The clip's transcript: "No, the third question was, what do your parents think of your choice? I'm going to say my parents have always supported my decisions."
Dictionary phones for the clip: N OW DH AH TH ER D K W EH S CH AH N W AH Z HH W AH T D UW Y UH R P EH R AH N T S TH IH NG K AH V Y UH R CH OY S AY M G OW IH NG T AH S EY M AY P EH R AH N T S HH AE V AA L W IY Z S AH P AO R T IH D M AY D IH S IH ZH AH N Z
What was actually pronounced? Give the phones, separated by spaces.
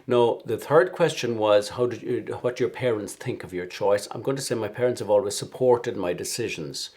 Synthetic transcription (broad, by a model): N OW DH AH TH ER D K W EH S CH AH N W AH Z HH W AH T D Y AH R P EH R AH N T S TH IH NG K AH V Y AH R CH OY S AY M G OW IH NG T AH S EY M AY P EH R AH N T S HH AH V AA L W IY Z S AH P AO R T IH D M AY D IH S IH ZH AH N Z